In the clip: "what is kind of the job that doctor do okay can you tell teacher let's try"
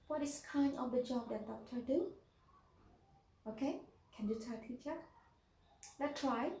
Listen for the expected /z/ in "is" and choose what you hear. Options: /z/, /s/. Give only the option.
/s/